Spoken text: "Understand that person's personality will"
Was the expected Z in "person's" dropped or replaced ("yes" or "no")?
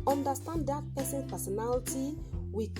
yes